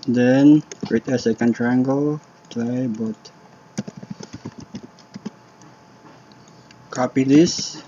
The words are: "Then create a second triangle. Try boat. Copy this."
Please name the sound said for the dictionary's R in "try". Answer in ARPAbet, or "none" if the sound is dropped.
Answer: L